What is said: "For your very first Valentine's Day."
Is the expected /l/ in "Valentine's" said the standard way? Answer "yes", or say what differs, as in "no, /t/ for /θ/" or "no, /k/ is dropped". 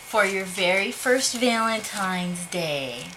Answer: yes